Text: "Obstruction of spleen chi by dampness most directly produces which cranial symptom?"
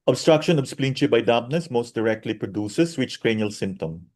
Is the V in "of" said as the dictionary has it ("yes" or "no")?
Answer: no